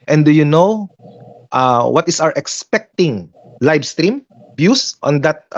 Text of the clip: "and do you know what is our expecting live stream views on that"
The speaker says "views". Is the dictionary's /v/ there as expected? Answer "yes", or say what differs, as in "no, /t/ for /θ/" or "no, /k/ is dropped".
no, /b/ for /v/